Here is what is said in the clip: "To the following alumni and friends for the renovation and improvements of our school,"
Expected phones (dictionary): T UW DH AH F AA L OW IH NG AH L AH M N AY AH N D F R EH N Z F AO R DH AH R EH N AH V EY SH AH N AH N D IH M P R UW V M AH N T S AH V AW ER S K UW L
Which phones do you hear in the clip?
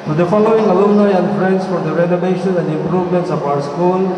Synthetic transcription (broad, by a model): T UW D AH F AA L OW IH NG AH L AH N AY AH N D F R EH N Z F AO R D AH R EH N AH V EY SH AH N AH N D IH M P R UW V M AH N T S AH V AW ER S K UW L